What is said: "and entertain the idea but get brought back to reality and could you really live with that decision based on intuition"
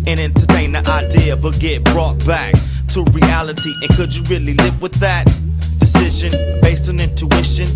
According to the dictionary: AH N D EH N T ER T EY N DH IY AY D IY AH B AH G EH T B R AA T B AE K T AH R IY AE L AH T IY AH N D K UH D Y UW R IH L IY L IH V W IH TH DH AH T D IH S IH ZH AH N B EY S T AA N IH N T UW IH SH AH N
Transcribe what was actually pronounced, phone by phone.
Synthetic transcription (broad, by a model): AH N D EH N T ER T EY N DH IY AY D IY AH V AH G EH T B R AA T B AE K T AH R IY AE L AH T IY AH N K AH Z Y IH R IH L IY L IH V W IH DH AH T D IH S IH ZH AH N B EY S T N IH N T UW IH SH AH N